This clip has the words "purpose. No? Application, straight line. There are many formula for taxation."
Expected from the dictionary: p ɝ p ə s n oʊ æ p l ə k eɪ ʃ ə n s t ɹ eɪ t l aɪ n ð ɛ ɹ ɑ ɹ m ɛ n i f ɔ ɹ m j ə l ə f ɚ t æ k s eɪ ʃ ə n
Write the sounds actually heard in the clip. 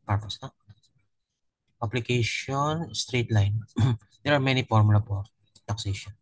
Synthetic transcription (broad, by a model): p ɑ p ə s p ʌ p l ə k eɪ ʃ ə n s t ɹ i t l aɪ n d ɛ ɹ ɑ ɹ m ɛ n i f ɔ ɹ m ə l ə p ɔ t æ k s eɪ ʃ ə n